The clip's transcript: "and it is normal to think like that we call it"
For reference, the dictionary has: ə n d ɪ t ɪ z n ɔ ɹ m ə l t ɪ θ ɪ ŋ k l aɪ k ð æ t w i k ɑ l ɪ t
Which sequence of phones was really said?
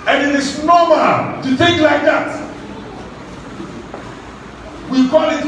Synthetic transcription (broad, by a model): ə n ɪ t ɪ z n ɔ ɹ m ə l t ɪ θ ɪ ŋ k l aɪ k ð æ t w i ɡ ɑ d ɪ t